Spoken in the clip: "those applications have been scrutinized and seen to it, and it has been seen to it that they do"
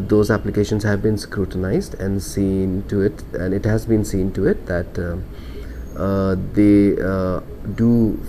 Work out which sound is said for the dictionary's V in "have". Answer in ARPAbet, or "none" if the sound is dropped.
V